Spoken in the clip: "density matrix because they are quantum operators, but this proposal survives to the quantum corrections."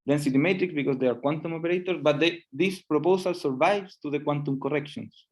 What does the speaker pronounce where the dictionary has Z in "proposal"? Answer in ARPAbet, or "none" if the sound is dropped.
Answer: S